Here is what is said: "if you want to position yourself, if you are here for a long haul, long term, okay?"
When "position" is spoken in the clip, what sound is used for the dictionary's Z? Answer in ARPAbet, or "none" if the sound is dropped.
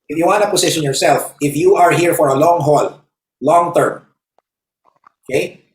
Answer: S